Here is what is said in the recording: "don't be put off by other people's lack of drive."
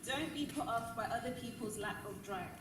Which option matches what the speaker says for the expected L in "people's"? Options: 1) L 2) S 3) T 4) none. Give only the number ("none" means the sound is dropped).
1